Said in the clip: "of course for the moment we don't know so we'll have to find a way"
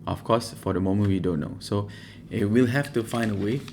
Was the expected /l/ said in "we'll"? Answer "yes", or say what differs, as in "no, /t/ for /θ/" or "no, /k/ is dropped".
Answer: yes